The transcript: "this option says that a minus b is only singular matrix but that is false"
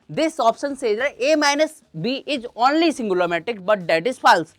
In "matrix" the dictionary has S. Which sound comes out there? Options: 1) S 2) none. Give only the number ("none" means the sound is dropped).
2